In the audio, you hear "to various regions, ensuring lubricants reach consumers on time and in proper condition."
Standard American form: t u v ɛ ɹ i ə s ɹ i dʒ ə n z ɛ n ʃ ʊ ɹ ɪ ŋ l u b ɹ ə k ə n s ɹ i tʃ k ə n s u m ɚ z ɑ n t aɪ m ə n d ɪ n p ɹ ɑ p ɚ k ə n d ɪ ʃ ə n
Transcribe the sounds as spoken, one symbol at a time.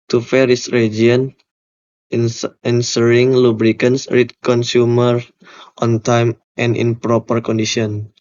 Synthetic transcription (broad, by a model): t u f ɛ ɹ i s ɹ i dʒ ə n ɛ n s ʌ ɹ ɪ ŋ l u b ɹ ə k ə n s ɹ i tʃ k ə n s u m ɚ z ɑ n t aɪ m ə n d ɪ n p ɹ ɑ p ɚ k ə n d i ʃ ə n